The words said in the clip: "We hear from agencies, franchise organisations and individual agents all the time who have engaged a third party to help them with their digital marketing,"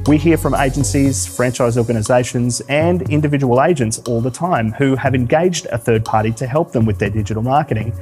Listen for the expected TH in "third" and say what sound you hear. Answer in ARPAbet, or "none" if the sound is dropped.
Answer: TH